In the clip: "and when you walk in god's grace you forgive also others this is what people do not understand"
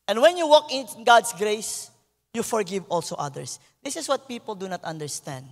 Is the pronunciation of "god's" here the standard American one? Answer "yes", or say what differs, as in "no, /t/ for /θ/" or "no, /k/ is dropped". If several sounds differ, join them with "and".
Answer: no, /s/ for /z/